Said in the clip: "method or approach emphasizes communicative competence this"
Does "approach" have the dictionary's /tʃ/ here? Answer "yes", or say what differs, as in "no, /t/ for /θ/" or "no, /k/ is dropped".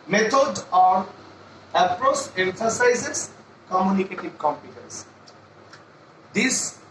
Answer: no, /s/ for /tʃ/